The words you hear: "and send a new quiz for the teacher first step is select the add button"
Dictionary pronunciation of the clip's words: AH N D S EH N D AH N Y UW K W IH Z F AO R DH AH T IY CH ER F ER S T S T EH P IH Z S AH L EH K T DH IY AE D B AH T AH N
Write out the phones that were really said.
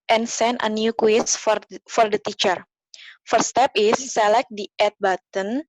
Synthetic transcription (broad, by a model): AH N S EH N AH N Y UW K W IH S F AO R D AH T IY CH ER F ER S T S T EH P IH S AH L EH K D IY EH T B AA T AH N